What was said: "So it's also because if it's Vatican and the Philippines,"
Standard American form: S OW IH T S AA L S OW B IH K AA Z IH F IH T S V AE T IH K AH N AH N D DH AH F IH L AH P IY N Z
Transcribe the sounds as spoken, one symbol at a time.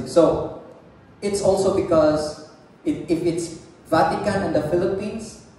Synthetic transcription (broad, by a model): S OW IH T S AA L S OW B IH K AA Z IH F IH T S V AE T IH K AH N AH N D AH F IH L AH P IY N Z